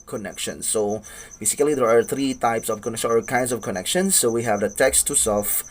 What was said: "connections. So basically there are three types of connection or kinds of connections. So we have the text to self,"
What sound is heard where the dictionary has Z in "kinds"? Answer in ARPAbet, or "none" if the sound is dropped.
S